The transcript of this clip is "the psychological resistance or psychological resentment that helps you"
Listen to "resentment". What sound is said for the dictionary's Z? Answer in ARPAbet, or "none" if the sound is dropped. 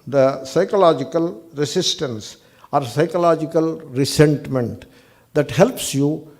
S